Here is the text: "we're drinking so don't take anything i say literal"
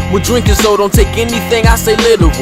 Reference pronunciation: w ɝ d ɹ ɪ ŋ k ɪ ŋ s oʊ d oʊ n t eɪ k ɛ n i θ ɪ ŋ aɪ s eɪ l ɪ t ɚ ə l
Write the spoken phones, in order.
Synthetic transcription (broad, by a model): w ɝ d ɹ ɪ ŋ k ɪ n s oʊ d oʊ n t eɪ k ɛ n i θ ɪ ŋ aɪ s eɪ l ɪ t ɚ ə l